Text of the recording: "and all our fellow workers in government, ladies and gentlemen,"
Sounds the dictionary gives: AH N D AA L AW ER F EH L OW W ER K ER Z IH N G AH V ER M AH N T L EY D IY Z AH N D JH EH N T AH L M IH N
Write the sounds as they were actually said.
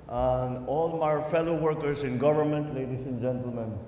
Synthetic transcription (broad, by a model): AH N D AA L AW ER F EH L OW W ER K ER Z IH N G AH V ER M AH N T L EY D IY S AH N JH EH N T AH L M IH N